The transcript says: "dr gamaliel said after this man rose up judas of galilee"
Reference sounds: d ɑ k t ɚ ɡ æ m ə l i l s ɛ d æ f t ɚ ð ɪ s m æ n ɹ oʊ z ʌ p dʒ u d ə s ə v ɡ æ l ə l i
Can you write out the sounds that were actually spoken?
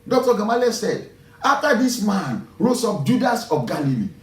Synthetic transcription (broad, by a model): d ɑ k t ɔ ɡ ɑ m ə l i s ɛ d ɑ f t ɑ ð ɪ s m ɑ n ɹ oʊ s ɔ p dʒ u d ə s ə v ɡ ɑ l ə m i